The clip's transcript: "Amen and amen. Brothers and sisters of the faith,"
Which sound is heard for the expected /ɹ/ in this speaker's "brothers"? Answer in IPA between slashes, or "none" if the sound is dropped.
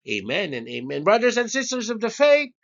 /ɹ/